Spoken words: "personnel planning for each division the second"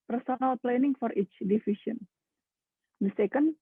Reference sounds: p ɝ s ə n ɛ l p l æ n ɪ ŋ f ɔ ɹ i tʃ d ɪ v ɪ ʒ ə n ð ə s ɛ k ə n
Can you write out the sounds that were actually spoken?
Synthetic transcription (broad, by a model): p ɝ s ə n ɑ l p l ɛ n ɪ ŋ f ɔ ɹ i tʃ d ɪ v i ʃ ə n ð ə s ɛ k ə n